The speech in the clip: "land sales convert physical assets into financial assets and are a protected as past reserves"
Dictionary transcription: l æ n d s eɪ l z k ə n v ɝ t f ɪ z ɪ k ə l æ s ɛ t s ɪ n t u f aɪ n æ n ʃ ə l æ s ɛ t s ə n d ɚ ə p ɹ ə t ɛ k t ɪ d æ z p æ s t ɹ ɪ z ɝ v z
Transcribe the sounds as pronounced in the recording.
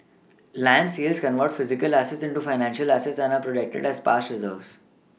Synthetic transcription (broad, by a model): l æ n d s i l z k ə n v ɝ t f ɪ z ɪ k ə l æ s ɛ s ɪ n t u f aɪ n æ n ʃ ə l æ s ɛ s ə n ə p ɹ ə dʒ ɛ k t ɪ d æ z p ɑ s t ɹ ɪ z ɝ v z